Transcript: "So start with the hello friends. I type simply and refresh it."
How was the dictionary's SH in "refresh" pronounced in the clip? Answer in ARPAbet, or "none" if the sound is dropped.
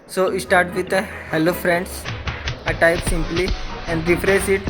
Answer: S